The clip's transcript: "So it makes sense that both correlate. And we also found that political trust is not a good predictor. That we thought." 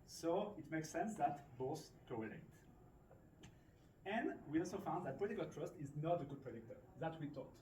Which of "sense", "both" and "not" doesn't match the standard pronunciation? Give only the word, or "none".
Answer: both